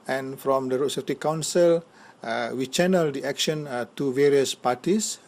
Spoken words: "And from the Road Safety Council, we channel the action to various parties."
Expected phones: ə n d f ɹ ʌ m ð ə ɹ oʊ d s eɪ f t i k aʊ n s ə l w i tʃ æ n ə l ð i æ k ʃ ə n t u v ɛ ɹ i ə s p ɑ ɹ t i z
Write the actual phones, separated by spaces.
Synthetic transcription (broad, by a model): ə n f ɹ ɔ m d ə ɹ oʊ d s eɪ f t i k aʊ n s ə l w i tʃ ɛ n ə l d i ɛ k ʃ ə n t u v ɛ ɹ i ə s p ɑ t i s